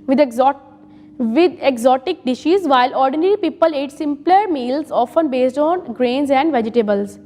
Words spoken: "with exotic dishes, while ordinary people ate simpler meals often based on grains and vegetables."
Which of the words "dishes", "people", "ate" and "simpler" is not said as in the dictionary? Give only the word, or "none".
none